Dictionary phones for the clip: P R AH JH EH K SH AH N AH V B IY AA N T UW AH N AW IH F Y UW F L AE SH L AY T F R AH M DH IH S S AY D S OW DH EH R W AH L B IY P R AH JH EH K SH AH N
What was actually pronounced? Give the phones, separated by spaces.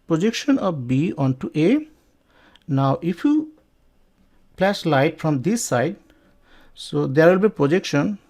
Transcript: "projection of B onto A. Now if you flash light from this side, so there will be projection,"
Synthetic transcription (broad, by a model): P R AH JH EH K SH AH N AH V B IY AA N T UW AH N AW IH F Y UW P L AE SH L AY T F R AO M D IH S S AY D S OW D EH R W AH L B IY P R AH JH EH K SH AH N